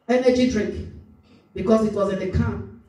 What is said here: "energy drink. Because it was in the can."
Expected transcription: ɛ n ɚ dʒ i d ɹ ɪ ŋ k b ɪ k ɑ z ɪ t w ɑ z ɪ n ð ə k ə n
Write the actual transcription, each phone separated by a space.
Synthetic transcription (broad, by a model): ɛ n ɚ dʒ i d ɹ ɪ k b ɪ k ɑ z ɪ t w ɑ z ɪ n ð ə k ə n